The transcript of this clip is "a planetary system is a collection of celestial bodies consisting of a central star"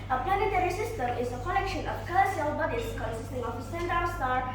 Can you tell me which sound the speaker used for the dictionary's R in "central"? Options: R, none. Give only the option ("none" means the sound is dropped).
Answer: none